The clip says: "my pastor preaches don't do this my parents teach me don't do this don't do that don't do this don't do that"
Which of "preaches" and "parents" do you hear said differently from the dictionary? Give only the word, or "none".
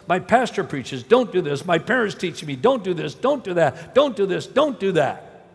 none